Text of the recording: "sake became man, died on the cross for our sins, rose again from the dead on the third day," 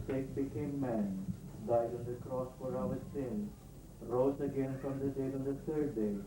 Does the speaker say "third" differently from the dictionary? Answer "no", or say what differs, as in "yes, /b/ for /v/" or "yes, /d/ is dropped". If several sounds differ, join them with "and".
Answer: yes, /t/ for /θ/